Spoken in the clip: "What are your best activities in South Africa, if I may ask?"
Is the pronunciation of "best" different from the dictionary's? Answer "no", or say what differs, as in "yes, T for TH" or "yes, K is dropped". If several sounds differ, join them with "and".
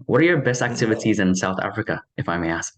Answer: no